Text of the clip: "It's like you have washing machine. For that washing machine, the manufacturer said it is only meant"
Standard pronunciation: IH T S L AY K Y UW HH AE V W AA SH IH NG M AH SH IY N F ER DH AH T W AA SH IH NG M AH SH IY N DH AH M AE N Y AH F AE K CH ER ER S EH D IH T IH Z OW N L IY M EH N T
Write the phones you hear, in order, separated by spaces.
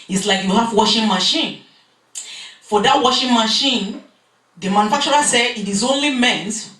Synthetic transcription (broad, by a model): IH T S L AY K Y UW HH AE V W AA SH IH NG M AH SH IY N F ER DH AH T W AA SH IH NG M AH SH IY N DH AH M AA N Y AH F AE K CH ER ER S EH IH T IH Z OW N L IY M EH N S